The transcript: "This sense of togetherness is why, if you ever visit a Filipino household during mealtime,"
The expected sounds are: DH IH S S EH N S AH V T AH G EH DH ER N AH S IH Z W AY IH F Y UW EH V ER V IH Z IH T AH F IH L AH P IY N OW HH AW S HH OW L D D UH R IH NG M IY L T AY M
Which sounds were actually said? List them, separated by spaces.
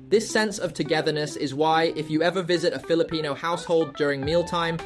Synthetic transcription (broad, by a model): DH IH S S EH N S AH V T AH G EH DH ER N AH S IH Z W AY IH F Y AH EH V ER V IH Z IH T AH F IH L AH P IY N OW HH AW S HH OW L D D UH R IH NG M IY L T AY M